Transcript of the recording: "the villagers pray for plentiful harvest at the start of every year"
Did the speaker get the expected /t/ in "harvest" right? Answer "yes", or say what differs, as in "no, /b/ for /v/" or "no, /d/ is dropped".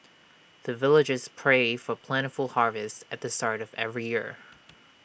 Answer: yes